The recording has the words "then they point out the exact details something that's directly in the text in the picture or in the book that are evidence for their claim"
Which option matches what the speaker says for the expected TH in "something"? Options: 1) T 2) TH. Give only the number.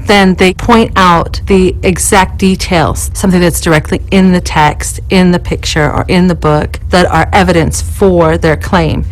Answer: 2